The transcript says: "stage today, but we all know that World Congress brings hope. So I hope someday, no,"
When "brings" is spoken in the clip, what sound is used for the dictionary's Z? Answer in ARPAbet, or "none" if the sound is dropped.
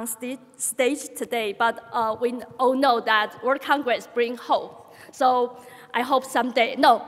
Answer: none